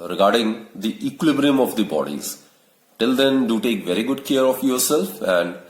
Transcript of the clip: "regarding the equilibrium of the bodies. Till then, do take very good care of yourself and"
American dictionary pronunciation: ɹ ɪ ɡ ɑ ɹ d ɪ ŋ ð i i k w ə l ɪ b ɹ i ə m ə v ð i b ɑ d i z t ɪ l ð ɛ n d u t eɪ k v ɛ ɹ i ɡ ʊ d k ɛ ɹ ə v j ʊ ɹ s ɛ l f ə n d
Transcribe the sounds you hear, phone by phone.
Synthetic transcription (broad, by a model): ɹ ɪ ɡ ɑ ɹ d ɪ ŋ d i i k w ə l ɪ b ɹ i ə m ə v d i b ɑ d i z t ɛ l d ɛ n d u t eɪ k v ɛ ɹ i ɡ ʊ d k ɛ ɹ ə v j ʊ ɹ s ɛ l f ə n d